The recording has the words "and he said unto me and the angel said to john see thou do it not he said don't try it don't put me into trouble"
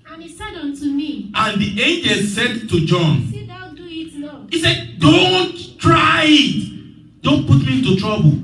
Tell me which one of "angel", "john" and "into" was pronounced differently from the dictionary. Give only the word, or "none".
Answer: none